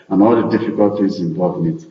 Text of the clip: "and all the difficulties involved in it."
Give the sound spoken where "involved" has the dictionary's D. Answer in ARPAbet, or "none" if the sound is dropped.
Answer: none